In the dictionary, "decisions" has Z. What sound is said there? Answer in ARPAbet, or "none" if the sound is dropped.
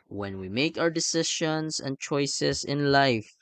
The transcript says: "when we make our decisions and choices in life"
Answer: S